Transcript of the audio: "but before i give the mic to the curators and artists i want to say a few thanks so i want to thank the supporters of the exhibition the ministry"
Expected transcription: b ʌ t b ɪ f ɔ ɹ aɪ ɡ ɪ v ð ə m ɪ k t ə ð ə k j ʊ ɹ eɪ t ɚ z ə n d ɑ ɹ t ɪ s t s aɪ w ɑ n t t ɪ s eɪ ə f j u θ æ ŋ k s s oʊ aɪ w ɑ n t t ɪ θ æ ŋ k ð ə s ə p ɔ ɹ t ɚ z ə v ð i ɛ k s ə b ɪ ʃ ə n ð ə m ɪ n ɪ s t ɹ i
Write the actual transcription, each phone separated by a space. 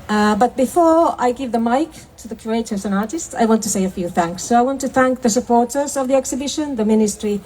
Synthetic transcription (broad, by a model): b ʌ t b ɪ f ɔ ɹ aɪ ɡ ɪ v ð ə m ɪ k t ə ð ə k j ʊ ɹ eɪ t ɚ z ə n ɑ ɹ t ɪ s t s aɪ w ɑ n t t ɪ s eɪ ə f j u θ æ ŋ k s s oʊ aɪ w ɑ n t t ɪ θ æ ŋ k ð ə s ə p ɔ ɹ t ɚ z ə v ð i ɛ k s ə b ɪ ʃ ə n ð ə m ɪ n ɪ s t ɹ i